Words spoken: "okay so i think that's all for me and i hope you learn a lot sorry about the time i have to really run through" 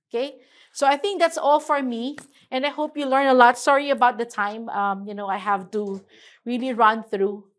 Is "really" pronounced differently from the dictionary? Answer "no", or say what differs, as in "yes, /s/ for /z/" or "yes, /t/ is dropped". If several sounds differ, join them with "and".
no